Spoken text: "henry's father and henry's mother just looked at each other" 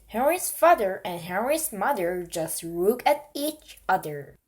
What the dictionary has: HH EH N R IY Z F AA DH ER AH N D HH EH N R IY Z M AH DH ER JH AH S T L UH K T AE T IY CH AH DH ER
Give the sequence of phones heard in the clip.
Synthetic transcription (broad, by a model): HH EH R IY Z F AA DH ER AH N HH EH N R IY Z M AH DH ER JH AH S T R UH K AE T IY CH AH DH ER